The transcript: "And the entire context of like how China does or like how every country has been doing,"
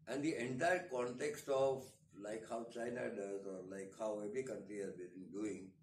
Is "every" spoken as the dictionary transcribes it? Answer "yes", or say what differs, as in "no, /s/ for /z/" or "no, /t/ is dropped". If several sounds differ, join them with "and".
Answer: no, /b/ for /v/